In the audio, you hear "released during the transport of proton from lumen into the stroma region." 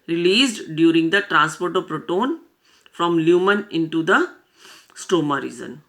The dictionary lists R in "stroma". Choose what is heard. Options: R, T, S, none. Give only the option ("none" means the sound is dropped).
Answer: none